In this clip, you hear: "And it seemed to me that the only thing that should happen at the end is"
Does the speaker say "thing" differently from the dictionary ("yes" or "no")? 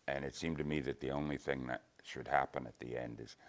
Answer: no